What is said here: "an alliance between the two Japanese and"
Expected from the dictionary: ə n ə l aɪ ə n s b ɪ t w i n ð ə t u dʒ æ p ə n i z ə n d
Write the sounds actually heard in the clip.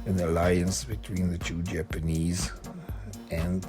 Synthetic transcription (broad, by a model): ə n ə l aɪ ə n s b ɪ t w i n ð ə t u dʒ æ p ə n i z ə n